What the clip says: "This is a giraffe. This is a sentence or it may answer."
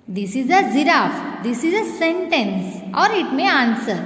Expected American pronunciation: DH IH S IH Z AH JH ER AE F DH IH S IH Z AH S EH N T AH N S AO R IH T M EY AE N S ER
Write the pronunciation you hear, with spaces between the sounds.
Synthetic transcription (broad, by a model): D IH S IH Z AH Z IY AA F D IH S IH Z AH S EH N T AH N S AO R IH T M EY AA N S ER